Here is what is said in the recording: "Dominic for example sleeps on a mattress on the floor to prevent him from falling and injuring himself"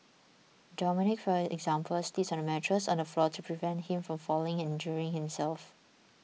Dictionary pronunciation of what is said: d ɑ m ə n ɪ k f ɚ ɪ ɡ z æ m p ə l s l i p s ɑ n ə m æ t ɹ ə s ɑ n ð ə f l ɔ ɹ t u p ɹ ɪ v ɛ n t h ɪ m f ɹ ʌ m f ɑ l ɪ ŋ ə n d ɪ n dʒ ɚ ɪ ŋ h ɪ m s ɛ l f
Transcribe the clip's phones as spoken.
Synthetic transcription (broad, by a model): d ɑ m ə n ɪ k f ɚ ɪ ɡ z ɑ m p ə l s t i s ɑ n ə m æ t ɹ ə s ɑ n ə f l ɔ t u p ɹ ɪ v ɛ n t h ɪ m f ɹ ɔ m f ɑ l ɪ ŋ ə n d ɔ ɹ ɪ ŋ h ɪ m s ɛ l f